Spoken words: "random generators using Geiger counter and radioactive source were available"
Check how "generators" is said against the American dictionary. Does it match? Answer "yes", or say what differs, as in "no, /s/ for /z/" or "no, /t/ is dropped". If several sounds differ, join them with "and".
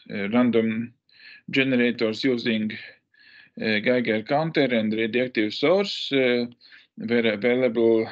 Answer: no, /s/ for /z/